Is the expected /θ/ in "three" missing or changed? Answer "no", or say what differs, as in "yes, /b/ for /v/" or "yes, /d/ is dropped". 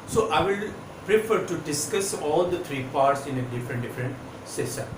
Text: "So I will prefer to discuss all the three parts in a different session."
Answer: yes, /t/ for /θ/